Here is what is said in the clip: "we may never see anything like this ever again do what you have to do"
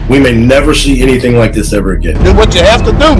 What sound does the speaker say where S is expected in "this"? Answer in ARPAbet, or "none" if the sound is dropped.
S